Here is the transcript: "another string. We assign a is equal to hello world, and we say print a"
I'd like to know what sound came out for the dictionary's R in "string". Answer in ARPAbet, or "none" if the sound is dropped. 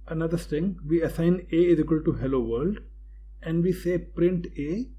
none